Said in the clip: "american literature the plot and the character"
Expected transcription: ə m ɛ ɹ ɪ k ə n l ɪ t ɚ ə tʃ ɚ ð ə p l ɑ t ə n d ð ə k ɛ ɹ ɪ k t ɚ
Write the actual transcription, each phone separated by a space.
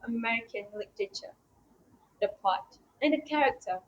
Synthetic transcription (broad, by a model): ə m ɛ ɹ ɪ k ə n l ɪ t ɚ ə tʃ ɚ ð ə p ɑ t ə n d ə k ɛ ɹ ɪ k t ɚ